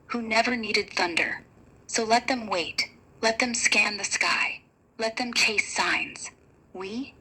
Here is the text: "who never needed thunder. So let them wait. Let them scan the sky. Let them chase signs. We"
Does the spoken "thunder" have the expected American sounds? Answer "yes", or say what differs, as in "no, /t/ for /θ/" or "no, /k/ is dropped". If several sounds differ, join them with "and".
yes